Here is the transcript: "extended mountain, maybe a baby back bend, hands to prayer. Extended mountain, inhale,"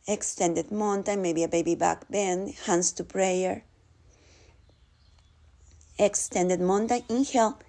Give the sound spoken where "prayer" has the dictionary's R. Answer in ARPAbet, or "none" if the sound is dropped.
R